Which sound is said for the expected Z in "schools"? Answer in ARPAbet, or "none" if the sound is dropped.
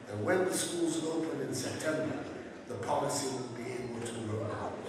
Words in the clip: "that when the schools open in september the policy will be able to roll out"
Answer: Z